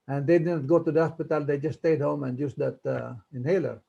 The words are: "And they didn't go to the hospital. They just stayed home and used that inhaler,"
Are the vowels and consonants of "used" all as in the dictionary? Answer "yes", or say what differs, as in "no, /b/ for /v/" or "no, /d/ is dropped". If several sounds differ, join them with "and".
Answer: no, /s/ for /z/